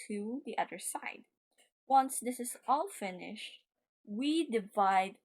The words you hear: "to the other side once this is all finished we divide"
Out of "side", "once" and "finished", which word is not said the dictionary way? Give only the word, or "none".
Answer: none